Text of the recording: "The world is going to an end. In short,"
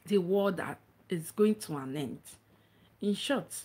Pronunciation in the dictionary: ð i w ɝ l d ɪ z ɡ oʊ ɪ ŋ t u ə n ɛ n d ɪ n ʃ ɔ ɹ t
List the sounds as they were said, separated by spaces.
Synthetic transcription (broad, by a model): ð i w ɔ d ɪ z ɡ oʊ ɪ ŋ t u ə n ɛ n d ɪ n ʃ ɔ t